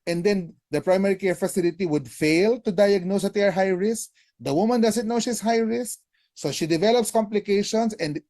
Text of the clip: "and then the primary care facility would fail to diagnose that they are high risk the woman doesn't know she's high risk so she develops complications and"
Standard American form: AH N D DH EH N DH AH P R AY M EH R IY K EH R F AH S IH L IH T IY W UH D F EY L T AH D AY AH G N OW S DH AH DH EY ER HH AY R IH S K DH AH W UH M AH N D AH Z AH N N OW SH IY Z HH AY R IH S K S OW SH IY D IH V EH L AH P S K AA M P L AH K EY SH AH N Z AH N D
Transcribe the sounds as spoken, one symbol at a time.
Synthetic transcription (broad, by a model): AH N D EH N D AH P R AY M EH R IY K EH R F AH S IH L IH T IY W UH D F EY L T AH D AY AH G N OW S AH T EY ER HH AY R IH S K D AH W UH M AH N D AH S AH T N OW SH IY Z HH AY R IH S K S OW SH IY D IH V EH L AH P S K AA M P L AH K EY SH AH N S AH N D